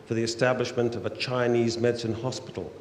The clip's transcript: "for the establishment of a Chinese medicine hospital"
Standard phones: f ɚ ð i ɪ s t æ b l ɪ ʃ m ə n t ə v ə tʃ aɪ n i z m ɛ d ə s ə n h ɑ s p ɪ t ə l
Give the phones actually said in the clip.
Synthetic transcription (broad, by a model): f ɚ ð i ɪ s t æ b l ɪ ʃ m ə n t ə v ə tʃ aɪ n i z m ɛ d s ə n h ɑ s p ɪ t l